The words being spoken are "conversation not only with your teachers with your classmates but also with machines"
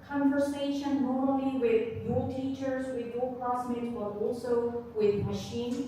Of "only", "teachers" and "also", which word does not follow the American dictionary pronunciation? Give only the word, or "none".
only